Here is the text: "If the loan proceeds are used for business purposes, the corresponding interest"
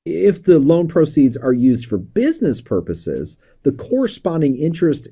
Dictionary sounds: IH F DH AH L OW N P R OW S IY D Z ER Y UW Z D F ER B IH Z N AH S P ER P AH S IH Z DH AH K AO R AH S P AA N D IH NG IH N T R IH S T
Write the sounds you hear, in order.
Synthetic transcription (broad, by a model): IH F DH AH L OW N P R OW S IY D Z ER Y UW Z D F ER B IH Z N AH S P ER P AH S IH Z DH AH K AO R AH S P AA N D IH NG IH N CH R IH S T